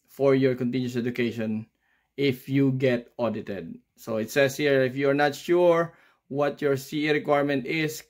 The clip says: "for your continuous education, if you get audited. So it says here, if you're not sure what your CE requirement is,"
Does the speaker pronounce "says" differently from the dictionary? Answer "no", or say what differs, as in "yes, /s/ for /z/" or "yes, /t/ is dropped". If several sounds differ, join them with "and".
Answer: yes, /s/ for /z/